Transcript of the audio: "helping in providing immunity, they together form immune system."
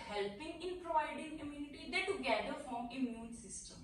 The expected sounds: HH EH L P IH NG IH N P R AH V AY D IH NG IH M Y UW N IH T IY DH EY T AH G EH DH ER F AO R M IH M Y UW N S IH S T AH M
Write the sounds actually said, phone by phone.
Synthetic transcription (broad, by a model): HH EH L P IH NG IH N P R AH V AY D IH NG IH M Y UW N IH T IY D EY T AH G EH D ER F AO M IH M Y UW N S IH S T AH M